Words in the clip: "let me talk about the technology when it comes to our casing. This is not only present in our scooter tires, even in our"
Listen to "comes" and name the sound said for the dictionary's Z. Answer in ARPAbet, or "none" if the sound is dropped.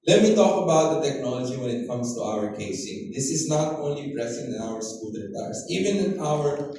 S